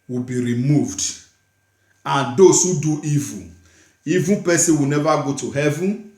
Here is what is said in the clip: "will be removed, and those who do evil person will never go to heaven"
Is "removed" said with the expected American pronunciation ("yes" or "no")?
yes